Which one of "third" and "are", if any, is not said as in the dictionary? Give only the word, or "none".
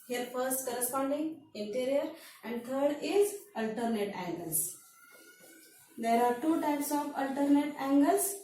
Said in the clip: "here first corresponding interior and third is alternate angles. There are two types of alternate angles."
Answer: third